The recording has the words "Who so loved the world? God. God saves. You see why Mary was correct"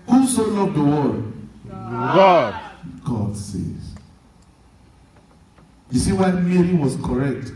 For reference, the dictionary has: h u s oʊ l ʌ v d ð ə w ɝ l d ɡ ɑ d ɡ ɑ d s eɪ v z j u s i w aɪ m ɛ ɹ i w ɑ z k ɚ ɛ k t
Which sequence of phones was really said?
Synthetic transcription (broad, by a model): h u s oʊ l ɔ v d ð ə w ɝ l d ɡ ɑ d ɡ ɑ d s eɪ z j u s i w aɪ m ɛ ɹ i w ɑ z k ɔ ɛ k t